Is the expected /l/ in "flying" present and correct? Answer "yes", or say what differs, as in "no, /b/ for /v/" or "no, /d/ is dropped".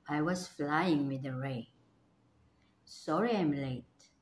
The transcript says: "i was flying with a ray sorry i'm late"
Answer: yes